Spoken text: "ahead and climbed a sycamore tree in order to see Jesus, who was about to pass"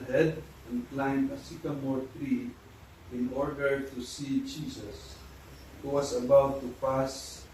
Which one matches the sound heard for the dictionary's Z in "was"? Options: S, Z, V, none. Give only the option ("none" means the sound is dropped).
S